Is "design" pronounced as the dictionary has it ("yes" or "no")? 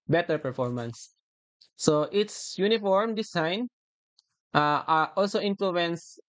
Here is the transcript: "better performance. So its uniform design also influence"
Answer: no